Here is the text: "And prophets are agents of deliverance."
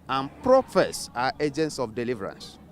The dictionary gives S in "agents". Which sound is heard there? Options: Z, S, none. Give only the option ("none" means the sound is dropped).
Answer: S